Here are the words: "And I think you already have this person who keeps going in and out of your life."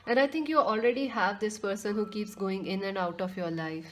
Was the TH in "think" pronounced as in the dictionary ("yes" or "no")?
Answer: no